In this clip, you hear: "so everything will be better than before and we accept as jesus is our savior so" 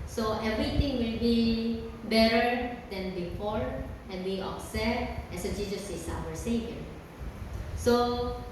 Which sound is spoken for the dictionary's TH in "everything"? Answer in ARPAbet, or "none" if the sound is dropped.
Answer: T